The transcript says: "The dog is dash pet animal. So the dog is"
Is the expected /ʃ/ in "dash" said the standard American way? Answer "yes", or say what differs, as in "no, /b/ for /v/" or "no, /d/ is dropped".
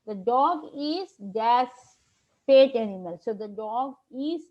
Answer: no, /s/ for /ʃ/